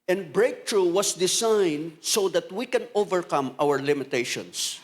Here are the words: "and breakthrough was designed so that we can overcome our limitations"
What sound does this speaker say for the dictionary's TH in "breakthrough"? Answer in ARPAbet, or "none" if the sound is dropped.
T